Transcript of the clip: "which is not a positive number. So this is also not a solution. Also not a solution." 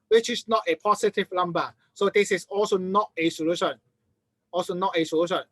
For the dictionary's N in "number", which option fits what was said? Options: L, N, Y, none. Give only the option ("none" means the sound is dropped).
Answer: L